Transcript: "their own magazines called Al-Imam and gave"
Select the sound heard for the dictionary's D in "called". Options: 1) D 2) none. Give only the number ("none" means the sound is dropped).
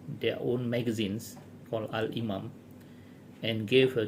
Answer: 2